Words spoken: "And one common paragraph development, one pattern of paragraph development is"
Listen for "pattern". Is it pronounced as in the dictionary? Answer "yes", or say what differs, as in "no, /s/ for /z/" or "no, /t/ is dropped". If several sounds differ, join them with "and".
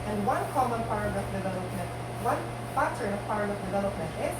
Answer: no, /f/ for /p/